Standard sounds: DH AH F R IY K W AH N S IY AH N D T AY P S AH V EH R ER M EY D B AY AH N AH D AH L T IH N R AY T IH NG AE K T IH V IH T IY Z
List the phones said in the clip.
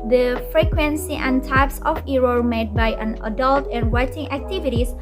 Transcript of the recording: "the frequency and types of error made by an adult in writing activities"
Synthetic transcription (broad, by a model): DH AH F R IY K W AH N S IY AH N T AY P S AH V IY R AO M EY D B AY AH N AH D AH L T IH N W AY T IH NG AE K T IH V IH T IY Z